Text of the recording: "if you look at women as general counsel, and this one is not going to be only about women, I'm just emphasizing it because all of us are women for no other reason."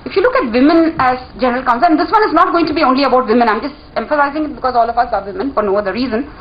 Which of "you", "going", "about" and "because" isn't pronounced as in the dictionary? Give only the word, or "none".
none